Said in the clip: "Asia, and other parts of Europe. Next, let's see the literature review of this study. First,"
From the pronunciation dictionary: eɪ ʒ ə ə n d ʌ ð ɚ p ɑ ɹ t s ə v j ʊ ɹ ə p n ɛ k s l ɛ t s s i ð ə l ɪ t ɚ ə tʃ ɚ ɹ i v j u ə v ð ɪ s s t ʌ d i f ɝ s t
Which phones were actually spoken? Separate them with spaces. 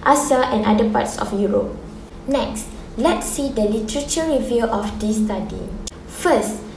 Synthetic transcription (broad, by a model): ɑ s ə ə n d ʌ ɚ p ɑ t s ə f j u ɹ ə p n ɛ k s l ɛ t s s i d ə l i t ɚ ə tʃ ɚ ɹ i v j u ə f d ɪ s s t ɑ d i f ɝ s t